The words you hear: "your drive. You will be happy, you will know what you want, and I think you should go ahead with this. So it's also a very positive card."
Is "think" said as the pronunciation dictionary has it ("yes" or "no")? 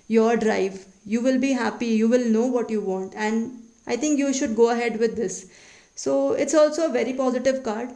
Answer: no